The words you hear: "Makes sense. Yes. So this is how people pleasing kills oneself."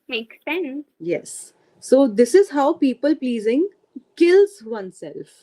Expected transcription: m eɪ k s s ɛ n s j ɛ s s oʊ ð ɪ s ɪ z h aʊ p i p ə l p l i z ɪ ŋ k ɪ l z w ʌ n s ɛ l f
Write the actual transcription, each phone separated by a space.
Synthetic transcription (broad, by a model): m eɪ k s s ɛ n s j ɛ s s oʊ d ɪ s ɪ z h aʊ p i p ə l p l i z ɪ ŋ k ɪ l z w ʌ n s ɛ l f